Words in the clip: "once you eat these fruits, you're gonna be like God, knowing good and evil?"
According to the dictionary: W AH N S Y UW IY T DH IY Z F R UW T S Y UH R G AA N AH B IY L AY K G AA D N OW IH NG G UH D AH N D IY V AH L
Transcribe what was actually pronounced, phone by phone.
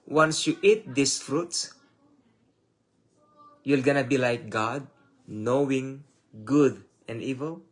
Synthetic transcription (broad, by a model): W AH N S Y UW IY T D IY S F R UW T S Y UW L G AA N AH B IY L AY K G AA D N OW IH NG G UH D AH N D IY V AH L